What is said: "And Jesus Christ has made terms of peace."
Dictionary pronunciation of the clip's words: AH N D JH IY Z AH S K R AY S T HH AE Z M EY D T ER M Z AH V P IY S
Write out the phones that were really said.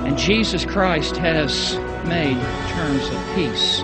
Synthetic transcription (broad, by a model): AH N JH IY Z AH S K R AY S T HH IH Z M EY D T ER M Z AH V P IY S